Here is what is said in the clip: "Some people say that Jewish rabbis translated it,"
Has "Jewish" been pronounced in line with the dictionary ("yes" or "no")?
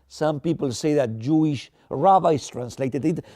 yes